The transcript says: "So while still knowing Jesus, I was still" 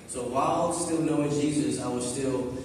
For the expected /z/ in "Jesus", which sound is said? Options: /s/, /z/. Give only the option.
/z/